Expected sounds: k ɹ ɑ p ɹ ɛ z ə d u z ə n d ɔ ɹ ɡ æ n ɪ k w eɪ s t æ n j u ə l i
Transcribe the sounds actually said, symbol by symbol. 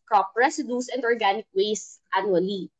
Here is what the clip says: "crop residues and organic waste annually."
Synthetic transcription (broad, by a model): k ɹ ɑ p ɹ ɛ s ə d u s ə n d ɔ ɹ ɡ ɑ n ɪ k w eɪ s t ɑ n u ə l i